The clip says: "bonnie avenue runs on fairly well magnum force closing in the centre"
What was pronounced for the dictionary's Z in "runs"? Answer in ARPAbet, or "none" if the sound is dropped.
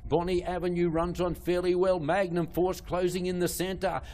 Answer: Z